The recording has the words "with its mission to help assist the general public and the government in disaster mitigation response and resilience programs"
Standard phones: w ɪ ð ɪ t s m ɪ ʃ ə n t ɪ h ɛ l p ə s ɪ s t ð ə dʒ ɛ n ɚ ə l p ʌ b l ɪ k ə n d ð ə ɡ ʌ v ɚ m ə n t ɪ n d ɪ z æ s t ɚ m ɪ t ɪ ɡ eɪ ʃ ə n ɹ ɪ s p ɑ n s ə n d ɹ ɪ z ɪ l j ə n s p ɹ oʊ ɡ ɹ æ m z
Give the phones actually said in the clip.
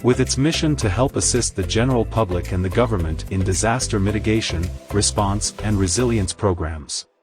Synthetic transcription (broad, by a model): w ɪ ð ɪ t s m ɪ ʃ ə n t ɪ h ɛ l p ə s ɪ s t ð ə dʒ ɛ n ɚ l p ʌ b l ɪ k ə n ð ə ɡ ʌ v ɚ m ə n t ɪ n d ɪ z æ s t ɚ m ɪ t ɪ ɡ eɪ ʃ ə n ɹ ɪ s p ɑ n s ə n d ɹ ɪ z ɪ l j ə n s p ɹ oʊ ɡ ɹ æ m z